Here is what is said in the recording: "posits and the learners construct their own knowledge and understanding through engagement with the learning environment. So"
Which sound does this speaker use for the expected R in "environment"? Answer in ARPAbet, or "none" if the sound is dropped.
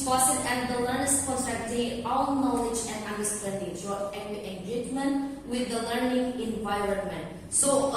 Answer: R